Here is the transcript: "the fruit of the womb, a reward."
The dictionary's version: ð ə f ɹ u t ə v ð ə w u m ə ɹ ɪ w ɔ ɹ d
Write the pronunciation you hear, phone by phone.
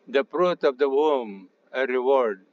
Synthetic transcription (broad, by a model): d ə p ɹ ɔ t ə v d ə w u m ə ɹ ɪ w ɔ ɹ d